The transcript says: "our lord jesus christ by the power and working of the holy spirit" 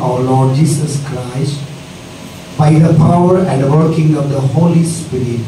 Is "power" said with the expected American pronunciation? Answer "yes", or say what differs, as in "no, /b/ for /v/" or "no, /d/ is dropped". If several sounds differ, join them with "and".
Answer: yes